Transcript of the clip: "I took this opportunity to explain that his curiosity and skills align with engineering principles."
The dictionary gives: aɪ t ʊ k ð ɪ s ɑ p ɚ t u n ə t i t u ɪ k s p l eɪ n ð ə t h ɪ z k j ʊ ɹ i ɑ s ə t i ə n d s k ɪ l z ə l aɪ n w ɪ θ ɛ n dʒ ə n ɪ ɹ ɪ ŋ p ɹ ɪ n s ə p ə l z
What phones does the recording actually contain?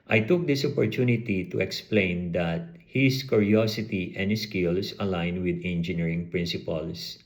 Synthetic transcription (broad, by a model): aɪ t ʊ k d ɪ s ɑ p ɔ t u n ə t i t u ɪ k s p l eɪ n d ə t h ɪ s k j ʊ ɹ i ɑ s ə t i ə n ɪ s k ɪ l s ə l aɪ n w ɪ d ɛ n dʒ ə n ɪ ɹ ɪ ŋ p ɹ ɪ n s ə p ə l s